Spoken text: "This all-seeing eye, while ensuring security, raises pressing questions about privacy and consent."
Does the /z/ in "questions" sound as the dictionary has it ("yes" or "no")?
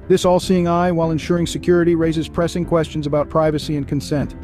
yes